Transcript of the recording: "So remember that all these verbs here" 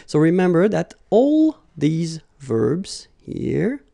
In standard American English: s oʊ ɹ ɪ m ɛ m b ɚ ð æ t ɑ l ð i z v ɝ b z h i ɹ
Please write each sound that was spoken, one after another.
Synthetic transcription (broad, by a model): s oʊ ɹ ɪ m ɛ m b ɚ ð æ t ɑ l ð i z v ɝ b z h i ɹ